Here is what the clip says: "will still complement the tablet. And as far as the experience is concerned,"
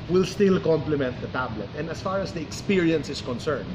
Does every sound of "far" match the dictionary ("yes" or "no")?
yes